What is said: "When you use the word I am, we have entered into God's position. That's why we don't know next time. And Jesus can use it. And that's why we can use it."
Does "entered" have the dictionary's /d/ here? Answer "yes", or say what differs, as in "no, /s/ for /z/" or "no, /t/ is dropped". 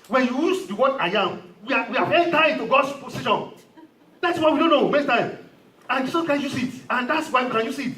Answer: no, /d/ is dropped